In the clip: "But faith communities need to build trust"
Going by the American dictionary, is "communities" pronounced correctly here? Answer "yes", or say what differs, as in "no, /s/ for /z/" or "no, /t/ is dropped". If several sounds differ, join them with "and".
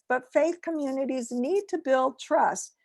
yes